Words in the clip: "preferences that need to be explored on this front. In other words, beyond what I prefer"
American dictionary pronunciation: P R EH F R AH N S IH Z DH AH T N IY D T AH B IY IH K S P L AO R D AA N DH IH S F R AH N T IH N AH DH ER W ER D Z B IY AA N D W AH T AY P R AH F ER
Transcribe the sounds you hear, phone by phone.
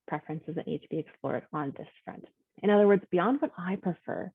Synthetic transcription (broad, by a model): P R EH F R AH N S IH Z DH AH T N IY D T AH B IY IH K S P L AO R D N DH IH S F R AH N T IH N AH DH ER W ER D Z B IY AA N D W AH T AY P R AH F ER